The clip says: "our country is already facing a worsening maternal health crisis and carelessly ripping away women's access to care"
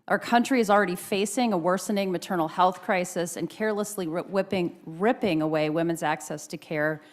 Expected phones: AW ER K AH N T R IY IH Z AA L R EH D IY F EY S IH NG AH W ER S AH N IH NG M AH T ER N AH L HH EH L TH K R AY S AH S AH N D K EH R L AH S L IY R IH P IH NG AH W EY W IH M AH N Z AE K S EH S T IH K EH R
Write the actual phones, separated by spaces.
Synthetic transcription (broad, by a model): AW ER K AH N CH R IY IH Z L R EH D IY F EY S IH NG AH W ER S AH N IH NG M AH T ER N L HH EH L TH K R AY S AH S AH N K EH R L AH S L IY R IH P IH NG AH W EY W IH M AH N Z AE K S EH S T IH K EH R